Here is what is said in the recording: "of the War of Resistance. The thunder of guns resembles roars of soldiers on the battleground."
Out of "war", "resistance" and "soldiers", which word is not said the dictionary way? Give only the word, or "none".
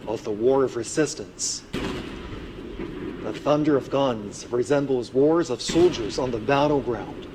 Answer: none